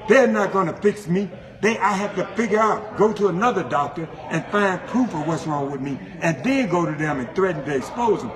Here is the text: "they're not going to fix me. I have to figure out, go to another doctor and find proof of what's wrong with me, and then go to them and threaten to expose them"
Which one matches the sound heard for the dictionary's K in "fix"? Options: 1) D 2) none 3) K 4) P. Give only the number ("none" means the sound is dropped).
3